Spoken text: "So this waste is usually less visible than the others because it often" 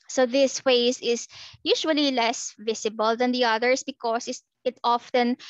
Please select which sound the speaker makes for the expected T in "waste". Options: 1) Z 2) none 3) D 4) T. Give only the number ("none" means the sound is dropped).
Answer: 2